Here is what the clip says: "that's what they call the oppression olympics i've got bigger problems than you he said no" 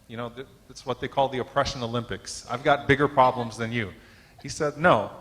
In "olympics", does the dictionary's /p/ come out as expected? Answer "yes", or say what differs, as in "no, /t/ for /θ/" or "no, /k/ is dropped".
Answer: yes